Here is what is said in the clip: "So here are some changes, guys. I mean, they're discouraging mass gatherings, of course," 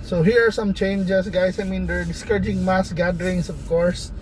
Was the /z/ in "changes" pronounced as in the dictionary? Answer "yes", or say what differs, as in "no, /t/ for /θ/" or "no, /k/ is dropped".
no, /s/ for /z/